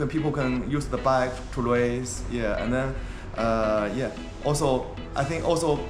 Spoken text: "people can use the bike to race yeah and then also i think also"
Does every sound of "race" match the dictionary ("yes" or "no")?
no